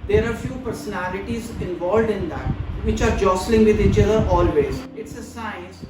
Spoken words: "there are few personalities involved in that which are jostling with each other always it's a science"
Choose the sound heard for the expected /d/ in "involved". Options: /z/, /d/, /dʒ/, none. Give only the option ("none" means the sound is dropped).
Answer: /d/